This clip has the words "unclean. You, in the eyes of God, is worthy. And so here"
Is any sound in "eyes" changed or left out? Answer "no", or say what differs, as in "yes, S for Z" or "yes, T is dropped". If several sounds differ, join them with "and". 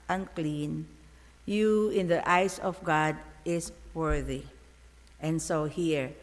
yes, S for Z